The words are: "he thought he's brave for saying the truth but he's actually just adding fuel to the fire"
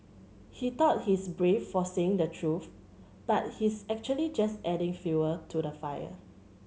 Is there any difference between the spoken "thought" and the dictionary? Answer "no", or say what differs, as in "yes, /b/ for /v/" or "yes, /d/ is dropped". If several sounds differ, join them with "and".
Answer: yes, /t/ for /θ/